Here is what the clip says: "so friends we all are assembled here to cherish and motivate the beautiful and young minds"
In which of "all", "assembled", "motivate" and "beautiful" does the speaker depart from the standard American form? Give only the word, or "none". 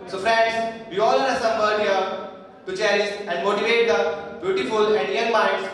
assembled